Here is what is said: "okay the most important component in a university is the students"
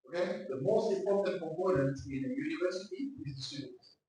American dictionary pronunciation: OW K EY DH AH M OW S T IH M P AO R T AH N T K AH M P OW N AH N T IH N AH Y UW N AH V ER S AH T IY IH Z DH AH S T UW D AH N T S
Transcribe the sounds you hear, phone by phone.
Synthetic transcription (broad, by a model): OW K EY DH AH M OW S T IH M P AO T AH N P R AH P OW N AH N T IH N AH Y UW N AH V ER S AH T IY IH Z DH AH S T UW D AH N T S